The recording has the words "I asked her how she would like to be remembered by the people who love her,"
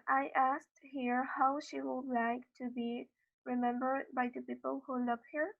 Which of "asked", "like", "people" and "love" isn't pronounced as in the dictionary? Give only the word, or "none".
love